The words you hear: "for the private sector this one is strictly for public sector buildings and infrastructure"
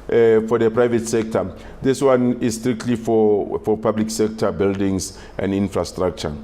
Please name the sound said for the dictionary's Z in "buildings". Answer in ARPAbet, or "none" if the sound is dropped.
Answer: S